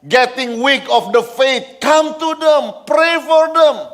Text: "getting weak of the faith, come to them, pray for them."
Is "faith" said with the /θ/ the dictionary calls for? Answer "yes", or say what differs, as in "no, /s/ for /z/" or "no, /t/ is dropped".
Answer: no, /t/ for /θ/